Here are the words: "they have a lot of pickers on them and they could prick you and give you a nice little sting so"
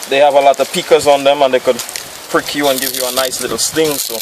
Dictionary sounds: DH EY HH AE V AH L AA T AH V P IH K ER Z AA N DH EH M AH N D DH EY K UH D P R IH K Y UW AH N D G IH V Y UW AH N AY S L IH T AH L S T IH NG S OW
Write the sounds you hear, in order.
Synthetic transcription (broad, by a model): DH EY HH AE V AH L AA T AH V P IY K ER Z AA N DH EH M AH N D DH EY K UH D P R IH K Y UW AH N G IH V Y UW AH N AY S L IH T L S T IH NG S OW